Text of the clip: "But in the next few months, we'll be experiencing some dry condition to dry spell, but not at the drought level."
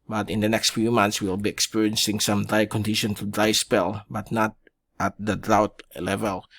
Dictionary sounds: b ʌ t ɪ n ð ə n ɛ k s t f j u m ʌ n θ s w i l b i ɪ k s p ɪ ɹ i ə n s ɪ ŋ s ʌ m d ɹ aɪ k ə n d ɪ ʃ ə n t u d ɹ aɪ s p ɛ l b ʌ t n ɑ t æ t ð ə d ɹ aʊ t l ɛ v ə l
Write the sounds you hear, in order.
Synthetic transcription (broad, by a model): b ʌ t ɪ n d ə n ɛ k s t f j u m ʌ n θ s w i l b i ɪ k s p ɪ ɹ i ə n s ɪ ŋ s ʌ m d ɹ aɪ k ə n d ɪ ʃ ə n t u d ɹ aɪ s p ɛ l b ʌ t n ɑ t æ t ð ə d ɹ aʊ t l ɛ v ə l